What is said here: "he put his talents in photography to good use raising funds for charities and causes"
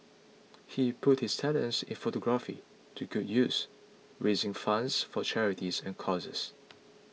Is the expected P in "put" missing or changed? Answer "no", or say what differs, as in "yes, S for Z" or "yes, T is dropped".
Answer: no